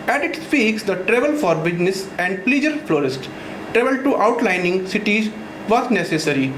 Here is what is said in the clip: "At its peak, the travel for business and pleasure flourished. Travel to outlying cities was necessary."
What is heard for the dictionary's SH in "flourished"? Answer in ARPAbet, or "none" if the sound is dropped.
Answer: S